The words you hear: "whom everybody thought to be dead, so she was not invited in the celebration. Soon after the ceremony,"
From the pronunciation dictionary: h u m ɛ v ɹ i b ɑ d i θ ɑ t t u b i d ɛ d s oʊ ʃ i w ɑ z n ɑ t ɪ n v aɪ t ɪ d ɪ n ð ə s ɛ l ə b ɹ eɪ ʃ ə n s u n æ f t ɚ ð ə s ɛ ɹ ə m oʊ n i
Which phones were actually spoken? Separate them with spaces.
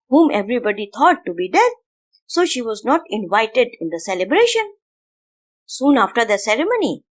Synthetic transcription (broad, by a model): h u m ɛ v ɹ i b ɑ d i t ɑ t t u b i d ɛ d s oʊ ʃ i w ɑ z n ɑ t ɪ n v aɪ t ɪ d ɪ n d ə s ɛ l ə b ɹ eɪ ʃ ə n s u n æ f t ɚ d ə s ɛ ɹ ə m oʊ n i